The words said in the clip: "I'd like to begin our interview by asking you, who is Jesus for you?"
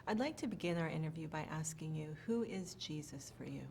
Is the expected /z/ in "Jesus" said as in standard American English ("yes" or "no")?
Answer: yes